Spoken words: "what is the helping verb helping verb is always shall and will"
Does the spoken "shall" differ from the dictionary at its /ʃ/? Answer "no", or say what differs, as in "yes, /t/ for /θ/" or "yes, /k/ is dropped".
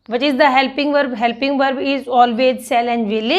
yes, /s/ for /ʃ/